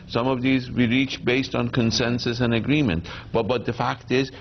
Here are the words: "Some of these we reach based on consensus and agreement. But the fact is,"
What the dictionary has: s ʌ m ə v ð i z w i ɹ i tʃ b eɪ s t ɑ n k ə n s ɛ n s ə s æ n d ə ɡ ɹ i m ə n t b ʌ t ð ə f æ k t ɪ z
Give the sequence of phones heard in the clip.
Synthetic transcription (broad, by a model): s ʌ m ə v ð i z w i ɹ i tʃ b eɪ s t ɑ n k ə n s ɛ n s ə s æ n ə ɡ ɹ i m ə n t b ʌ t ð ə f æ k t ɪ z